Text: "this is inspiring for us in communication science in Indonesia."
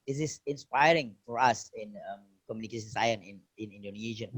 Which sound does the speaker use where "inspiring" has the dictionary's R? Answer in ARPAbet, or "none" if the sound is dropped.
R